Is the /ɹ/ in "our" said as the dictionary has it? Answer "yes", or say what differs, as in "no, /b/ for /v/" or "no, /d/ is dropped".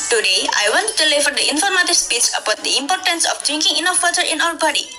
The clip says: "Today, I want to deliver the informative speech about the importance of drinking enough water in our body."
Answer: no, /l/ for /ɹ/